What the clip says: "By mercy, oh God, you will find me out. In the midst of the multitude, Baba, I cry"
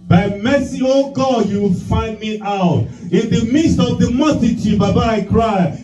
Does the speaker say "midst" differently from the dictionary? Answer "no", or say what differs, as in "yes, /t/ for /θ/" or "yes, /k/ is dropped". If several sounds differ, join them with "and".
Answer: no